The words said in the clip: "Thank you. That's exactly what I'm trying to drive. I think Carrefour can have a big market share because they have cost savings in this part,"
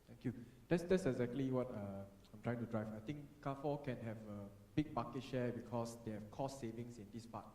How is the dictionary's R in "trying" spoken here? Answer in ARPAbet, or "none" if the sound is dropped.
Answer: R